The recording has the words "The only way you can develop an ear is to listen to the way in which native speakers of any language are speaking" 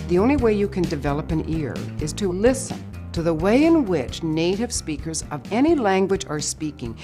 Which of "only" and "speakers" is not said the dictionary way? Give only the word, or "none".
none